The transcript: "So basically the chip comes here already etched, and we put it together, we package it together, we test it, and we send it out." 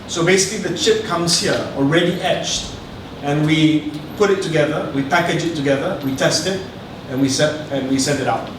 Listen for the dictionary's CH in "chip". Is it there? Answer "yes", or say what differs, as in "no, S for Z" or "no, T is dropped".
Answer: yes